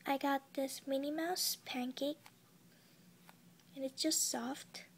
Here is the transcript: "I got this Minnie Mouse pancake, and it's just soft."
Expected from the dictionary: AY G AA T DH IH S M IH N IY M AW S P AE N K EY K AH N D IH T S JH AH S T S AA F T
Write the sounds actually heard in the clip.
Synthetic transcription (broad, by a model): AY G AA T DH IH S M IH N IY M AW S P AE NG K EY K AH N IH T S JH AH S T S AA F T